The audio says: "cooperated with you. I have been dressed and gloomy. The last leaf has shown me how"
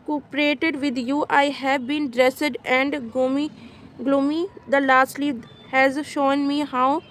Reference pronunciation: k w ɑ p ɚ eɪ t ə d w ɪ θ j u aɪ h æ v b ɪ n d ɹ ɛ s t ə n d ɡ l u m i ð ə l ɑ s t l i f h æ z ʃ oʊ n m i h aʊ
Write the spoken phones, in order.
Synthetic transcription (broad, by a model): k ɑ p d eɪ t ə d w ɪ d j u aɪ h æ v b ɪ n d ɹ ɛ s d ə n d ɡ l u m i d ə l ɑ s t l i h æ z ʃ oʊ n m i h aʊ